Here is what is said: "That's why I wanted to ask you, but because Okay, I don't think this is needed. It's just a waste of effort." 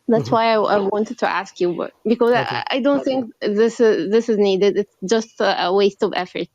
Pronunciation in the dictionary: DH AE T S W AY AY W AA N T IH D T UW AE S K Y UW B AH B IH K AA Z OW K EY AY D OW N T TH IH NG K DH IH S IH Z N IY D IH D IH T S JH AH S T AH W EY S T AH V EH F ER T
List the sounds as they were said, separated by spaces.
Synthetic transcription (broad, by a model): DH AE T S W AY AY W AA N T IH D T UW AE S K Y UW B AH B IH K AA Z AY D OW N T TH IH NG K DH IH S IH Z N IY D IH D IH T S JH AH S T AH W EY S T AH V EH F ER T